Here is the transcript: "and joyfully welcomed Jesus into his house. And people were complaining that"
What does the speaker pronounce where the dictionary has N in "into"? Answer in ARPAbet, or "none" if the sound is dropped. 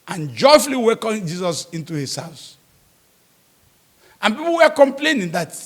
N